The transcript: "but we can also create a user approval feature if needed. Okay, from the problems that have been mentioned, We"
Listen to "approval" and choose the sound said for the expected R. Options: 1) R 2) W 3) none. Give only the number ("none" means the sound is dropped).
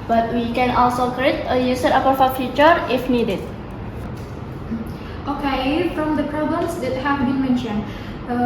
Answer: 3